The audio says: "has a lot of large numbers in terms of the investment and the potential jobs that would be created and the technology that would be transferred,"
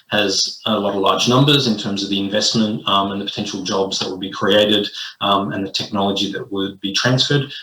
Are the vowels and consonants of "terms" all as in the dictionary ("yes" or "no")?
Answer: yes